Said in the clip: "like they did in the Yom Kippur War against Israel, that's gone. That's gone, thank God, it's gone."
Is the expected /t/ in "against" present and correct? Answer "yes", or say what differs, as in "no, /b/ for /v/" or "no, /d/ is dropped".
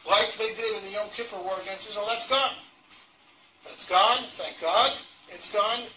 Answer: no, /t/ is dropped